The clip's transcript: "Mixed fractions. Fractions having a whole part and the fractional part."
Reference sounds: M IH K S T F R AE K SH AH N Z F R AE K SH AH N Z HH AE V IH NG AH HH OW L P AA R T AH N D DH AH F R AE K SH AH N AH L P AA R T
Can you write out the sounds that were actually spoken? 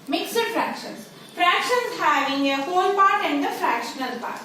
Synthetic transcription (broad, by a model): M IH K S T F R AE K SH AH N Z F R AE K SH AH N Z HH AE V IH NG AH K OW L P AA R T AH N D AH F R AE K SH AH N AH L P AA R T